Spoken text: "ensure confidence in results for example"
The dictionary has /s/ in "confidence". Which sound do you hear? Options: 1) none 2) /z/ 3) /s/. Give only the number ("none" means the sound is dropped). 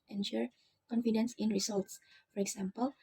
3